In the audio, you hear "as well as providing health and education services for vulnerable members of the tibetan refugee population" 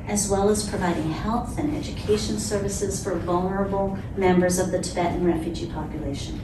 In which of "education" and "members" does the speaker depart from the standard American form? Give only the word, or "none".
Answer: none